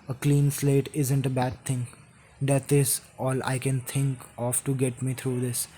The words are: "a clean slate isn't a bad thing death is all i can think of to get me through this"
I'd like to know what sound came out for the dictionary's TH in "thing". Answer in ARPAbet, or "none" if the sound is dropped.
T